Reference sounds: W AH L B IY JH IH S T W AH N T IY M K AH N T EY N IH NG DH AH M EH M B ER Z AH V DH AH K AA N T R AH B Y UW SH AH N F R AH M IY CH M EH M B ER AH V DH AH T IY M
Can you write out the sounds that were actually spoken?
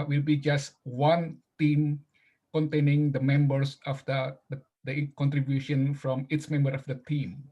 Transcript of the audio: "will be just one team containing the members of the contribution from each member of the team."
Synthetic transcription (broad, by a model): W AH L B IY JH IH S T W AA N T IY M K AH N T EY N IH NG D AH M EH M B ER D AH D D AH K AA N T R AH B Y UW SH AH N F R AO M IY S M EH M B ER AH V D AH T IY M